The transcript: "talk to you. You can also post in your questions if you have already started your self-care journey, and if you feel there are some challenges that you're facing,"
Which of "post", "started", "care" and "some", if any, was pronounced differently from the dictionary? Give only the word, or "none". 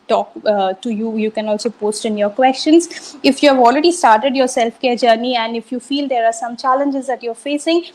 none